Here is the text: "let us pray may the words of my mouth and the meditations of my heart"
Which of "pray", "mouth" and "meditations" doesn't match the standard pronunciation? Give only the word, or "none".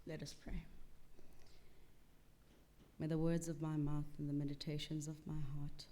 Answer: none